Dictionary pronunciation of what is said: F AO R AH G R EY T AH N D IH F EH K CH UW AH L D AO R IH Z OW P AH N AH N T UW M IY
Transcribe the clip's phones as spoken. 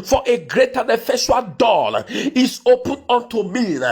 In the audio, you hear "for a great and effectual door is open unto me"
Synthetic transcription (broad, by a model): F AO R AH G R EY T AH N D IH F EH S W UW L D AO L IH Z OW P AH N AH N T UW M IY